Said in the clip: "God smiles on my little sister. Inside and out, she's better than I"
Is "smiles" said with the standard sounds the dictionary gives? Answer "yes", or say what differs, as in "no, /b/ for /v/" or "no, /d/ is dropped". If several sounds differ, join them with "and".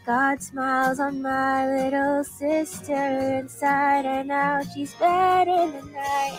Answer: yes